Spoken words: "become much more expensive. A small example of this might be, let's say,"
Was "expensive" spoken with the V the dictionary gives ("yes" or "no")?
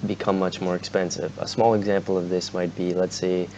yes